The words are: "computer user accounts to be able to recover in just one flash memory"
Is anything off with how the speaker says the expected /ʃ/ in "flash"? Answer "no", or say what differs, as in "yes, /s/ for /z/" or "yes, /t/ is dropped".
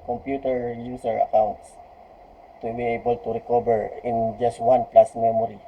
yes, /s/ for /ʃ/